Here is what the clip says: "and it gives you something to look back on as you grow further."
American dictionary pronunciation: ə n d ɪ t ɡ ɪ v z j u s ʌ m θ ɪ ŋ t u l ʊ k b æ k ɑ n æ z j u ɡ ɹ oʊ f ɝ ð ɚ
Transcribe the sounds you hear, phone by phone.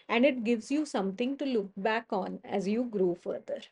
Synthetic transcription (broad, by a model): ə n d ɪ t ɡ ɪ v z j u s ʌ m t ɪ ŋ t u l ʊ k b æ k ɑ n æ z j u ɡ ɹ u f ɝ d ɚ